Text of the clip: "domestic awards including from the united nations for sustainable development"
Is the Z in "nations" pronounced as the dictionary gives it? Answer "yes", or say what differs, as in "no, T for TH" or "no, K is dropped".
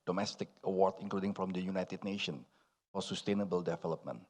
no, Z is dropped